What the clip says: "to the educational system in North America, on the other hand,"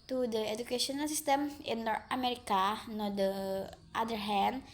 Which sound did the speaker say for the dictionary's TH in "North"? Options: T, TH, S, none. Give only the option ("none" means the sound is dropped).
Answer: T